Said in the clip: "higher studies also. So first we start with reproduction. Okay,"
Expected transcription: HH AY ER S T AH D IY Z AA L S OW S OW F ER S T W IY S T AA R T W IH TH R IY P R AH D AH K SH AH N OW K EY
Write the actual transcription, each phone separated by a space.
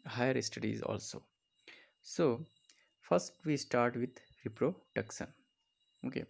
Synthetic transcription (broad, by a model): HH AY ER S T AH D IY Z AA L S OW S OW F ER S T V IY S T AA R T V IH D R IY P R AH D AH K S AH N OW K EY